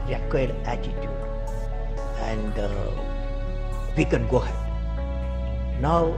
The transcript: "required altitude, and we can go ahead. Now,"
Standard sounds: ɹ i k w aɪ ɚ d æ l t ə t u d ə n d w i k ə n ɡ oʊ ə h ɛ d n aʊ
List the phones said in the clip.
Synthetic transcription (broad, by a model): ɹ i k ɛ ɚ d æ t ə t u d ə n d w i k ə n ɡ oʊ h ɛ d n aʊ